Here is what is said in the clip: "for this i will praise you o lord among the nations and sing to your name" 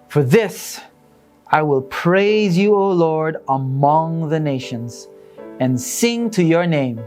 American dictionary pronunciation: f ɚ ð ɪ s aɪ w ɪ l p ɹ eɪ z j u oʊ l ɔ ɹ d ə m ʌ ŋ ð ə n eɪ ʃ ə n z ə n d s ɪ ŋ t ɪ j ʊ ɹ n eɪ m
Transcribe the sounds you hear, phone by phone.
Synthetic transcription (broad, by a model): f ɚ ð ɪ s aɪ w ɪ l p ɹ eɪ z j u oʊ l ɔ ɹ d ə m ʌ ŋ ð ə n eɪ ʃ ə n z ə n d s ɪ ŋ t ɪ j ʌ ɹ n eɪ m